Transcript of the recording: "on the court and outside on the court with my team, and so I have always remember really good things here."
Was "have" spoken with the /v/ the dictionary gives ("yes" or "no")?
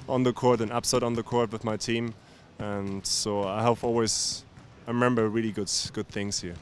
no